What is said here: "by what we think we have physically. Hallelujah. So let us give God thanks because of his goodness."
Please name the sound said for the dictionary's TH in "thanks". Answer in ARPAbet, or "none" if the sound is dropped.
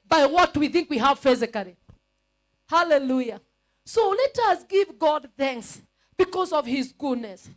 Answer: TH